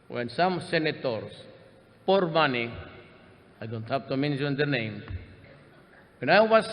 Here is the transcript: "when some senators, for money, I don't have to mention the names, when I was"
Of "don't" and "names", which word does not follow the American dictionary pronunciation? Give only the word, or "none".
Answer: names